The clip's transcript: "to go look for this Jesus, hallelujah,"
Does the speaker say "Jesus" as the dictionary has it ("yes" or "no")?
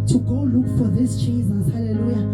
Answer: no